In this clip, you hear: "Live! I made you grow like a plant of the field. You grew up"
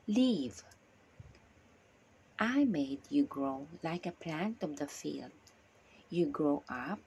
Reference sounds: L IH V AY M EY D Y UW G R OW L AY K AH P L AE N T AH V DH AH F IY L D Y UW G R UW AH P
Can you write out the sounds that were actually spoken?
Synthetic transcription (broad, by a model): L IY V AY M EY D Y UW G R OW L AY K AH P L AE N T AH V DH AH F IY L D Y UW G R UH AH P